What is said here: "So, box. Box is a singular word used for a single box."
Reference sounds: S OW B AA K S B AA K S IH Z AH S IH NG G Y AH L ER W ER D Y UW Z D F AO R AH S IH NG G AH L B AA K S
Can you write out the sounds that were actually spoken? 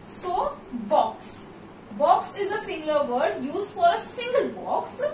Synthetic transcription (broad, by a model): S OW B AA K S B AA K S IH Z AH S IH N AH ER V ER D Y UW Z D F AO R AH S IH NG G AH L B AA K S